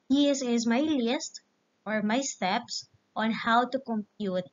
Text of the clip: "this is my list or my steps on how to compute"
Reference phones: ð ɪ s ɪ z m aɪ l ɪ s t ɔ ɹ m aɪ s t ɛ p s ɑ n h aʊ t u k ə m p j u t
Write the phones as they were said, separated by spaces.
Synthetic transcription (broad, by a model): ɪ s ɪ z m aɪ l ɪ s t ɔ ɹ m aɪ s t ɛ p s ɑ n h aʊ t u k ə m p j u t